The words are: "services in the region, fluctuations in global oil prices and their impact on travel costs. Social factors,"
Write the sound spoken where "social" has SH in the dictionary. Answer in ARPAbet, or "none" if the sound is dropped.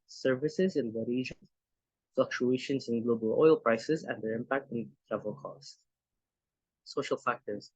SH